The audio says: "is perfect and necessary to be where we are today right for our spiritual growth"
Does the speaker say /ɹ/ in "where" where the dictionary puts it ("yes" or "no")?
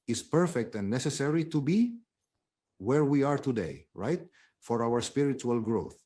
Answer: yes